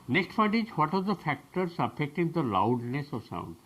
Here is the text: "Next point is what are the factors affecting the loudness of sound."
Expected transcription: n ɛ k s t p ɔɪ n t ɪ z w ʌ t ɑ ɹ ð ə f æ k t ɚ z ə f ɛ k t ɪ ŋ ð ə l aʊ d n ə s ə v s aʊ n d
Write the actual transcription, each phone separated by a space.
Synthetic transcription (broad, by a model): n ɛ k s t f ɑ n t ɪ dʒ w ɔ t ɑ ɹ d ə f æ k t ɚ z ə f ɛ k t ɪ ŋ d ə l aʊ d n ə s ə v s aʊ n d